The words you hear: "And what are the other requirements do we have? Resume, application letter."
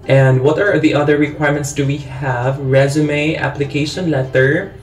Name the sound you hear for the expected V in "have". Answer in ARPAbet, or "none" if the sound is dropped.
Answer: V